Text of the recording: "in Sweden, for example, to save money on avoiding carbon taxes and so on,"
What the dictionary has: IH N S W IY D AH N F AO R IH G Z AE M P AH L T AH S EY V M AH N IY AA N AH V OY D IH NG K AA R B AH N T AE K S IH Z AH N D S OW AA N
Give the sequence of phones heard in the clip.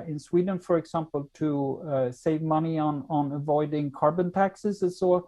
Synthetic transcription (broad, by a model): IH N S W IY D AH N F AO R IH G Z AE M P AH L T AH S EY V M AH N IY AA N AH V OY D IH NG K AA R B AH N T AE K S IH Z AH S OW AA